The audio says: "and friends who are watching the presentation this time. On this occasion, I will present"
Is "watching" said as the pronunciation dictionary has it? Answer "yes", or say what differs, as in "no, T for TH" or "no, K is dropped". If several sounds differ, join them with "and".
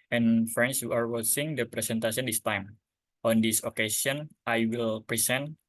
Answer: no, S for CH